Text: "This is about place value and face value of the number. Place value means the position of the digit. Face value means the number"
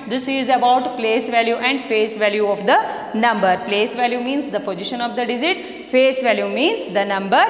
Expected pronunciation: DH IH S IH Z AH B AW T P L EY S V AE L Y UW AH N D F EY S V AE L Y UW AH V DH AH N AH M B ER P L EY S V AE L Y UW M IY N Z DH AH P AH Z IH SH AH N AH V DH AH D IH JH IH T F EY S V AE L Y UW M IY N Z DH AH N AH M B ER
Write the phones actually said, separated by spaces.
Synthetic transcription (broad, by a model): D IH S IH Z AH B AW T P L EY S V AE L Y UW AH N D F EY S V AE L Y UW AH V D AH N AH M B ER P L EY S V AE L Y UW M IY N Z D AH P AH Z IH SH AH N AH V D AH D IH Z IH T F EY S V AE L Y UW M IY N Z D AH N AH M B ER